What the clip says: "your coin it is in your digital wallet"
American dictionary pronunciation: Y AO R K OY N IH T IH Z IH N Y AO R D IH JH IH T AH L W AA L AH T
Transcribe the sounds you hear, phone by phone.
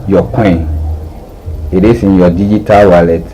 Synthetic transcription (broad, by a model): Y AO K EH IH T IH S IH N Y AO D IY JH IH T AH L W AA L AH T